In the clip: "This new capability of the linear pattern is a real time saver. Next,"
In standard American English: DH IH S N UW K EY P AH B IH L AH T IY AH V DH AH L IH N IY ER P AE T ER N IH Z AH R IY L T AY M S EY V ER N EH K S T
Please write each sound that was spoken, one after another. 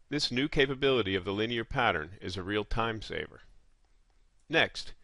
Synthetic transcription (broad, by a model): DH IH S N UW K EY P AH B IH L AH T IY AH V DH AH L IH N IY ER P AE T ER N IH Z AH R IY L T AY M S EY V ER N EH K S T